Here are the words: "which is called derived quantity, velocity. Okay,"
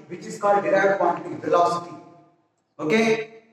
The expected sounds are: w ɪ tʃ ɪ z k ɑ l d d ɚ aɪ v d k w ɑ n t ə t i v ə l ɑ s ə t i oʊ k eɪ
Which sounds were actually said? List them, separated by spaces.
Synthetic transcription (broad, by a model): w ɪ tʃ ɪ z k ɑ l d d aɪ d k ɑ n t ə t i f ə l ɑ s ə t i oʊ k eɪ